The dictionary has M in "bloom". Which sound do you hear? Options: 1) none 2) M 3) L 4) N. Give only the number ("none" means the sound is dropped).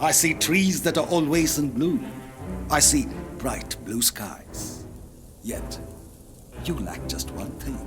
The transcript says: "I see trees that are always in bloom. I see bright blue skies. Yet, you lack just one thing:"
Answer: 1